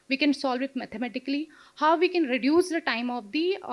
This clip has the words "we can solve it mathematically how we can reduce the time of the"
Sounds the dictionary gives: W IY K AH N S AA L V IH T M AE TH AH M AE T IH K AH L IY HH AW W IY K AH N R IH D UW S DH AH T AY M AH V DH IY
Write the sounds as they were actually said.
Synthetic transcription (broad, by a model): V IY K AH N S AA L V IH T M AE T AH M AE T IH K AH L IY HH AW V IY K AH N R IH D UW S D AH T AY M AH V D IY